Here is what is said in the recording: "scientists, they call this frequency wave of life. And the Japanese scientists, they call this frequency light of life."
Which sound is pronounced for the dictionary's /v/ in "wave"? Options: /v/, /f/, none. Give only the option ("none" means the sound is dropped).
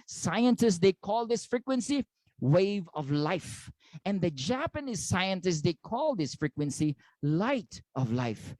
/v/